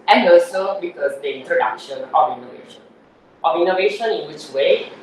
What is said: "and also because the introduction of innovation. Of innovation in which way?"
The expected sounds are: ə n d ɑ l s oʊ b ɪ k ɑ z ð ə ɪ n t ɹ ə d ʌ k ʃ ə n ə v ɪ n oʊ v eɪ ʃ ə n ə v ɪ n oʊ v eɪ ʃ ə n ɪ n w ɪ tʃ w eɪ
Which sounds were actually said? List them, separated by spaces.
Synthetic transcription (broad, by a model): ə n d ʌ s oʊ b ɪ k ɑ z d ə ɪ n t ɹ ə d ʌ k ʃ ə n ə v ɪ n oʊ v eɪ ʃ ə n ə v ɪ n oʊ v eɪ ʃ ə n ɪ n w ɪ tʃ w eɪ